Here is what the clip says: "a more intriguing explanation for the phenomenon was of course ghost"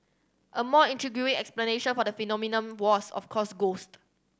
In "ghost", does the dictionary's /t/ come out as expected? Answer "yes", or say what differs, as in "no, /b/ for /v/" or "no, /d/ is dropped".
yes